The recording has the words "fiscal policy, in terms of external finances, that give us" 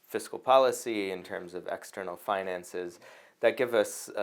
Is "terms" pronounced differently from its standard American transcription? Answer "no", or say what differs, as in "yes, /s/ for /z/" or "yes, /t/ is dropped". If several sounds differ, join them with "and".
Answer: no